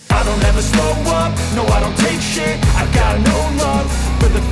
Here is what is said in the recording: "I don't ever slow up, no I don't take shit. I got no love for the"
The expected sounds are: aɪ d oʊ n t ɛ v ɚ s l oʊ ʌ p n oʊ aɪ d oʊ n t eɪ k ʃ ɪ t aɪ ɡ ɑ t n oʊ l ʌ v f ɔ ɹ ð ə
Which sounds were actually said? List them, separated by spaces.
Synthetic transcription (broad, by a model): aɪ d oʊ n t ɛ v ɚ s oʊ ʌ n n oʊ aɪ d oʊ n t eɪ k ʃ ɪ aɪ ɡ ɑ t n oʊ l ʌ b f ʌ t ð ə